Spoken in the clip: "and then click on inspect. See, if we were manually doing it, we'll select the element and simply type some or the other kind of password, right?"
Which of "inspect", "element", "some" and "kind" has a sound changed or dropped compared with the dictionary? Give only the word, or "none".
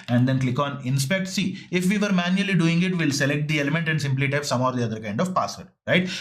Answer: none